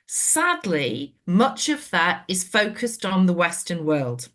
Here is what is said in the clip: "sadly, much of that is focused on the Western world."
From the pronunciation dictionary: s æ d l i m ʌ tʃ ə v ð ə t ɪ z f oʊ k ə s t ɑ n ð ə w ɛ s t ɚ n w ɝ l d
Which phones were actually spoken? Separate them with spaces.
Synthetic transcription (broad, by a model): s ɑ d l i m ʌ tʃ ə v ð ə t ɪ z f oʊ k ə s t n ð ə w ɛ s t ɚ n w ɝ l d